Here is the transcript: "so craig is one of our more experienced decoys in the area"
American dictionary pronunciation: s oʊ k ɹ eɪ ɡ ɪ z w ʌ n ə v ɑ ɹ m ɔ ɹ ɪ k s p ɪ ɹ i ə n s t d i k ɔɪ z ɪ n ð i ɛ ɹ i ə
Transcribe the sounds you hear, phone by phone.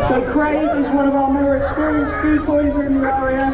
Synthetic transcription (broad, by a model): s oʊ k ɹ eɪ ɪ z w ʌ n ə v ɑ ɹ m ɔ ɹ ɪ k s p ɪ ɹ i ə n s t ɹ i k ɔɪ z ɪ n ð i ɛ ɹ i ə